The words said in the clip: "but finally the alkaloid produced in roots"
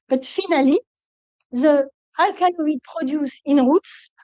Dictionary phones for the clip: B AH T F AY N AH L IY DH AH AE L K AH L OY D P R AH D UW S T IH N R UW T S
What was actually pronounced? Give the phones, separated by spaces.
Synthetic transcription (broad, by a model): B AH T F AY N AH L IY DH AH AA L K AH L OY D P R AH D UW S IH N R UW T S